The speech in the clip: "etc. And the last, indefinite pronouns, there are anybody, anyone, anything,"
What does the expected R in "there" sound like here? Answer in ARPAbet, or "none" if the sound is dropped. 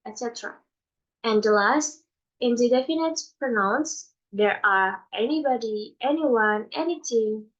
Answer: R